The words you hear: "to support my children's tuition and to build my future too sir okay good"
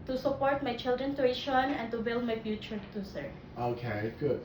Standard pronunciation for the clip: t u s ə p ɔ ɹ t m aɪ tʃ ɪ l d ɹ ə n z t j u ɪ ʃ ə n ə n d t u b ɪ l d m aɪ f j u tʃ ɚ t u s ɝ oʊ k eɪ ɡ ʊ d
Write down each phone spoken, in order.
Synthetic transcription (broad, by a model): t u s ə p ɔ ɹ t m aɪ tʃ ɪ l d ɹ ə n t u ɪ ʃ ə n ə n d t u b ɪ l d m aɪ f j u tʃ ɚ t u s ɝ oʊ k eɪ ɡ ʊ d